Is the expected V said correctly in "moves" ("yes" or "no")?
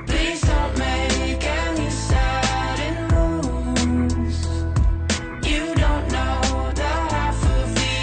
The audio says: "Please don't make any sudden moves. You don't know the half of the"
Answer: no